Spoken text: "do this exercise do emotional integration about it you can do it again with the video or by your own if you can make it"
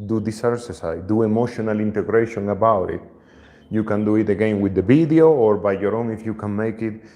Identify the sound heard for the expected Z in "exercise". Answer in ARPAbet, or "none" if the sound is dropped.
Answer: none